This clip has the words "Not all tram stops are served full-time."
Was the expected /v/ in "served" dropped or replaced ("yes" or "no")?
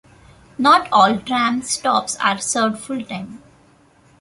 yes